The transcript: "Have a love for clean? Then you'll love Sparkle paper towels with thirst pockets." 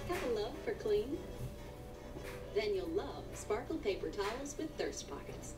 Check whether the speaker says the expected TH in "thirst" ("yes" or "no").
yes